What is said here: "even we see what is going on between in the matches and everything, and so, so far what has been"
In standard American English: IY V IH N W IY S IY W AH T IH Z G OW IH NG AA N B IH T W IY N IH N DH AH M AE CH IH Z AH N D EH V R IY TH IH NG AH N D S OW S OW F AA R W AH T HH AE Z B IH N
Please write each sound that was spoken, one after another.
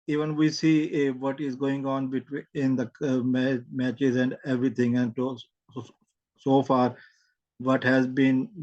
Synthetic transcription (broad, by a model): IY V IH N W IY S IY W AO T IH Z G OW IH NG AA N B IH T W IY IH N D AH M AE CH IH Z AH N D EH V R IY T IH NG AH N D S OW S OW F AA R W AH T HH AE Z B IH N